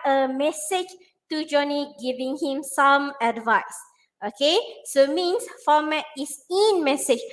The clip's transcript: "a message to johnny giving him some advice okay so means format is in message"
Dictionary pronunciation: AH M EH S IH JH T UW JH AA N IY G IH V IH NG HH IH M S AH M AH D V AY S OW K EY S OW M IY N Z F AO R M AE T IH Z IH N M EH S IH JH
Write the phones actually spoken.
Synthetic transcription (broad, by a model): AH M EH S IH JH T UW JH AA N IY G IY V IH NG HH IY M S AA M AH D V AY S OW K EY S OW M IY N S F AO M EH T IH S IH N M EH S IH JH